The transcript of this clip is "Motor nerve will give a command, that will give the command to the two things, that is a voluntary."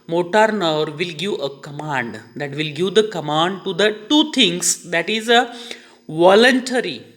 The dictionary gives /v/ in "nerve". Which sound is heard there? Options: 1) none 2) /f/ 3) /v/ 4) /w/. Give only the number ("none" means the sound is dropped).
3